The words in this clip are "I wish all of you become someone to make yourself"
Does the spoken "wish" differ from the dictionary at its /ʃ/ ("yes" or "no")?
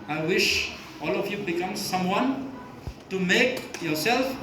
no